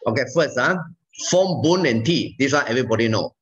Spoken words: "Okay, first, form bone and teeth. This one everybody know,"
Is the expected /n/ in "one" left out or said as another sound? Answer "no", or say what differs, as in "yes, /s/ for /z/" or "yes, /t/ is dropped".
yes, /n/ is dropped